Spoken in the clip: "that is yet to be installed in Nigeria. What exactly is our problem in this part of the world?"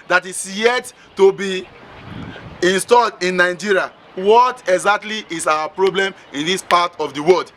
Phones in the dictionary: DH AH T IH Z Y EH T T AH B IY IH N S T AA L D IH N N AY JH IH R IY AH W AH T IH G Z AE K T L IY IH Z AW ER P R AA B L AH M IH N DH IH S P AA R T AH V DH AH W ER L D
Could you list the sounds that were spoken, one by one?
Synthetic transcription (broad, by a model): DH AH T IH S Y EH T T AH B IY IH N S T AA L D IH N N AY JH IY R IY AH W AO T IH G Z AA K T L IY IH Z AW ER P R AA B L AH M IH N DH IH S P AA T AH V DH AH W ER L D